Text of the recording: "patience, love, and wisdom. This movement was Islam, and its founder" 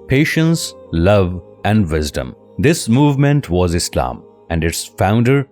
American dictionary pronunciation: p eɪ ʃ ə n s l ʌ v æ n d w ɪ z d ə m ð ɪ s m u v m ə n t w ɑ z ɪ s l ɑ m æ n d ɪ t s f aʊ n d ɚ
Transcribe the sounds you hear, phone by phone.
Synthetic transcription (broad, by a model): p eɪ ʃ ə n s l ʌ v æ n d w ɪ z d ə m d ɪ s m u v m ə n t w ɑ z ɪ s l ɑ m æ n d ɪ t s f aʊ n d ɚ